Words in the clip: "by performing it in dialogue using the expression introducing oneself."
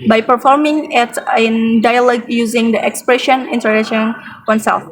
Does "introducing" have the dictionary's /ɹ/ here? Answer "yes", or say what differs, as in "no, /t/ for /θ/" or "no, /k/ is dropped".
no, /ɹ/ is dropped